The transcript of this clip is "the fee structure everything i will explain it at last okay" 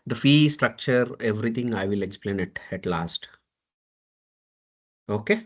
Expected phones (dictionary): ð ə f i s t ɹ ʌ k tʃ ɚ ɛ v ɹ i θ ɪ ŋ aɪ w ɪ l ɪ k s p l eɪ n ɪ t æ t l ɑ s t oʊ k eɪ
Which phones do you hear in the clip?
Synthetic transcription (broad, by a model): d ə f i s t ɹ ʌ k tʃ ɚ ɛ v ɹ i t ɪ ŋ aɪ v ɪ l ɪ k s p l eɪ n ɪ t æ t l ɑ s t oʊ k eɪ